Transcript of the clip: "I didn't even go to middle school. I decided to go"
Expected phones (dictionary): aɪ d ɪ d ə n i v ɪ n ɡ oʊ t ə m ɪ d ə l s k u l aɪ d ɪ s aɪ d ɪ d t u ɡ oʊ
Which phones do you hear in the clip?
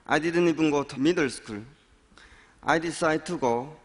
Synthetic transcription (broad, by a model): aɪ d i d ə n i b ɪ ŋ ɡ oʊ t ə m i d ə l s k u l aɪ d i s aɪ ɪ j t u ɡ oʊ